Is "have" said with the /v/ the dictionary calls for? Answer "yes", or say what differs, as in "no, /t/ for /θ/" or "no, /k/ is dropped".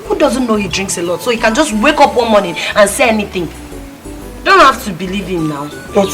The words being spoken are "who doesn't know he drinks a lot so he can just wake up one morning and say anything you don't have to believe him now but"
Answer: no, /f/ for /v/